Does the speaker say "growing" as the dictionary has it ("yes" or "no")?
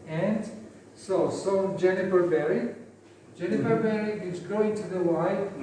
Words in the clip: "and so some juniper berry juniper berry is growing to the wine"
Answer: no